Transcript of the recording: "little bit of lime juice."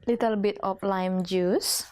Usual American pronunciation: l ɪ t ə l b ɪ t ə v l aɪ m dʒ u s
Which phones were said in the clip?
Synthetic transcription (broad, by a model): l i t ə l b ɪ t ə p l aɪ m dʒ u s